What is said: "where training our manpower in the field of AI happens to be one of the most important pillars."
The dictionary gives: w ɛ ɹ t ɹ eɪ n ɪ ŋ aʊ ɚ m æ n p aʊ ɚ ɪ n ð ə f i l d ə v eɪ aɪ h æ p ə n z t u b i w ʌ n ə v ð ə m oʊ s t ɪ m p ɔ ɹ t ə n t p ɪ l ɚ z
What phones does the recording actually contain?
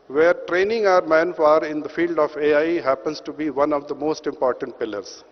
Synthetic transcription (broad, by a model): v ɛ ɹ t ɹ eɪ n ɪ ŋ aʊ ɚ m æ n f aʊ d ɪ n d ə f i l d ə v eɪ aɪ h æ p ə n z t u b i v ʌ n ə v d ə m oʊ s t ɪ m p ɔ ɹ t ə n t p ɪ l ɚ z